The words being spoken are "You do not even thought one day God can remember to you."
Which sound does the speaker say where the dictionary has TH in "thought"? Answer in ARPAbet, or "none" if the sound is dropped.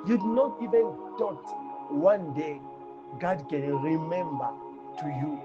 T